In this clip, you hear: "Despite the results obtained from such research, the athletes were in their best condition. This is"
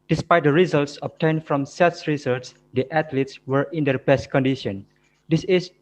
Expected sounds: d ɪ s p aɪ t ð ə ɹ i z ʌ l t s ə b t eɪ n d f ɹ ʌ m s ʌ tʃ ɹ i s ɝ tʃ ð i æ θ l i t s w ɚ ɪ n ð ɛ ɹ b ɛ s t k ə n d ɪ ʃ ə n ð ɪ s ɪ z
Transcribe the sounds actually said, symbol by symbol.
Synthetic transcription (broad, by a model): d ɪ s p aɪ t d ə ɹ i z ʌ l t s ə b t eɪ n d f ɹ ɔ m s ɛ s ɹ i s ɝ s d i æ t l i t s w ɚ ɪ n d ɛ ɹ b ɛ s t k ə n d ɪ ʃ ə n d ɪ s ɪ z